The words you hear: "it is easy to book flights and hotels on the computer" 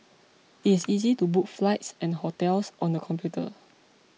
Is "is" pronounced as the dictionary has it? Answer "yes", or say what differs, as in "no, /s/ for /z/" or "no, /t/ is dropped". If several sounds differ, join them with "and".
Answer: no, /s/ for /z/